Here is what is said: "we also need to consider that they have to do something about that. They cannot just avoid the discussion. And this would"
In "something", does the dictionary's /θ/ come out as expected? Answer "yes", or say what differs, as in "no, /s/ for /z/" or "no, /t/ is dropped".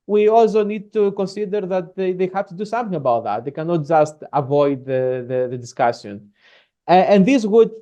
yes